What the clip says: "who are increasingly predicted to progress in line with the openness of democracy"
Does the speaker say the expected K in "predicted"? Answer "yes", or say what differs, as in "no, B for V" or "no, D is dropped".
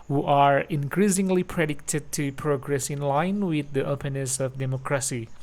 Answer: yes